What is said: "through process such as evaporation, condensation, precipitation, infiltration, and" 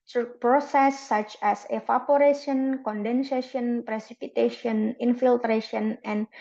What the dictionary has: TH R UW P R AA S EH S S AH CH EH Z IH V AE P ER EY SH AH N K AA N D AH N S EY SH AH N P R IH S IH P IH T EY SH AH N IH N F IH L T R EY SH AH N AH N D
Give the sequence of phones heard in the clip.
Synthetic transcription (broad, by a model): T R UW P R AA S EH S S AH CH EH S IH F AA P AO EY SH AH N K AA N D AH N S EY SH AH N P R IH S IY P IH T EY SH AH N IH N F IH L T R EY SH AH N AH N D